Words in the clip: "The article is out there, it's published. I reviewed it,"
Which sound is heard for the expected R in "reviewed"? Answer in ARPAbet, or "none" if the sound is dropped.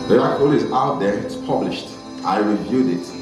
R